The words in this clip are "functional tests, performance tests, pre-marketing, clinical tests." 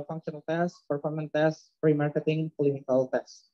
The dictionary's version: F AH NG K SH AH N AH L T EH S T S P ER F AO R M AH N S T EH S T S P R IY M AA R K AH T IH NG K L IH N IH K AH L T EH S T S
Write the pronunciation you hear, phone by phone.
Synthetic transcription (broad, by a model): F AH NG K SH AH N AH L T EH S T P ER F AO R M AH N T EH S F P R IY M AA R K AH T IH NG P L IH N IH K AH L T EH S S